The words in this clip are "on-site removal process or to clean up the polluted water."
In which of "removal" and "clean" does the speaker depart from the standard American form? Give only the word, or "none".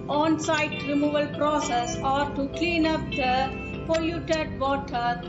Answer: none